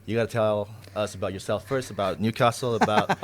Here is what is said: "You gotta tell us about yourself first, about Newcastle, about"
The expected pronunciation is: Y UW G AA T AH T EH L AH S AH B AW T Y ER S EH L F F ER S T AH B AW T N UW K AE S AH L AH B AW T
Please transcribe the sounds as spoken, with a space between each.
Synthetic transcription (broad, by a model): Y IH G AA T AH T EH L AH S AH B AW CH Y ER S EH L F F ER S T AH B AW T N UW K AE S L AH B AW T